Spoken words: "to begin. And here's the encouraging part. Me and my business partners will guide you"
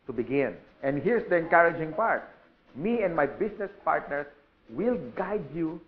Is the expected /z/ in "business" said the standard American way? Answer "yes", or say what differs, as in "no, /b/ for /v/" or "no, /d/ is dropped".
no, /s/ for /z/